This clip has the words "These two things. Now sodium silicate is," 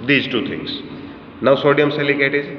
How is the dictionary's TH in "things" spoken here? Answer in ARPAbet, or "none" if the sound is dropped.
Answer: T